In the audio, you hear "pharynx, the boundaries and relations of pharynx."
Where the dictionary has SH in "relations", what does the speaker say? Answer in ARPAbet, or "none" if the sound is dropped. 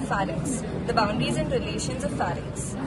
SH